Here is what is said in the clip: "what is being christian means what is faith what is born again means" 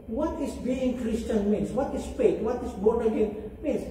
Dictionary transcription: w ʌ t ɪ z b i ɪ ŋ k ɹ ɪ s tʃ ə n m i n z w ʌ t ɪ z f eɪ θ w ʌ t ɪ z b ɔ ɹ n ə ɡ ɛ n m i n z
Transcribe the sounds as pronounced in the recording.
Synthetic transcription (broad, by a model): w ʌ t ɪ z b i ɪ ŋ k ɹ ɪ s tʃ ə n m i n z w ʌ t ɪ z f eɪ t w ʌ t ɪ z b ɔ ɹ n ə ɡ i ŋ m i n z